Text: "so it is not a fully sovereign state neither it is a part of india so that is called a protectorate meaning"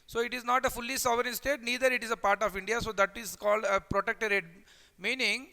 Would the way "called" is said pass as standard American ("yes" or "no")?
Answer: yes